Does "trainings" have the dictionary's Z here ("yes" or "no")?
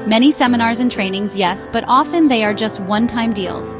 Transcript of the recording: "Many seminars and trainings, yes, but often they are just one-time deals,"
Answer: yes